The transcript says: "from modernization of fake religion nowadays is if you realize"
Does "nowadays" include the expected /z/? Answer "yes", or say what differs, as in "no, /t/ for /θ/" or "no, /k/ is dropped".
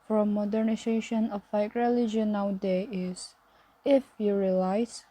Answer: no, /z/ is dropped